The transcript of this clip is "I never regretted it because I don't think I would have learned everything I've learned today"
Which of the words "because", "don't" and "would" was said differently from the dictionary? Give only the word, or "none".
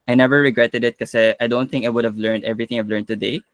because